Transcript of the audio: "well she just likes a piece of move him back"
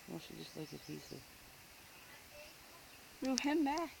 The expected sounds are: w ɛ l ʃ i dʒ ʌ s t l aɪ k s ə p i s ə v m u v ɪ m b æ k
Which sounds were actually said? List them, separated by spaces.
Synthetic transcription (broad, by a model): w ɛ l ʃ i dʒ ʌ s t l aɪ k ə p i s ə v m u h ɪ m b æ